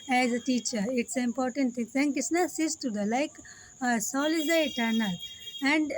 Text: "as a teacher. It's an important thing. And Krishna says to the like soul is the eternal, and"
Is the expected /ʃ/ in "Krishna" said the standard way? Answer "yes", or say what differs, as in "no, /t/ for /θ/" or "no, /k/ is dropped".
no, /s/ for /ʃ/